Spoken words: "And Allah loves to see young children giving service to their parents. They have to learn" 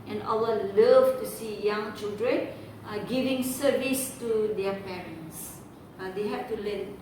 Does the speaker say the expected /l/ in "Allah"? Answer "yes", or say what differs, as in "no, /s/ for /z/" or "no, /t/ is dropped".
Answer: no, /w/ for /l/